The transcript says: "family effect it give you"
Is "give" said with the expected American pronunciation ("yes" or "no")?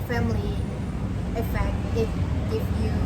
no